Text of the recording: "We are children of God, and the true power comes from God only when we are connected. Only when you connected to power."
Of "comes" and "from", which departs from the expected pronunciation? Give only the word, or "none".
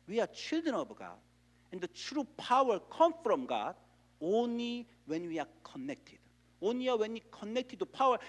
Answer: comes